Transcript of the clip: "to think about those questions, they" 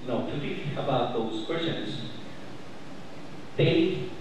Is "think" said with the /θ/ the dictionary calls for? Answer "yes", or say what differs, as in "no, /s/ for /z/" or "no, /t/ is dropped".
no, /t/ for /θ/